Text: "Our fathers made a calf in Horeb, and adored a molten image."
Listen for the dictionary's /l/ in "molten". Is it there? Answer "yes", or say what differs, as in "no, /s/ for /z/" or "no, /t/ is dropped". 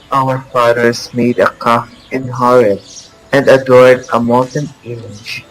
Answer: no, /l/ is dropped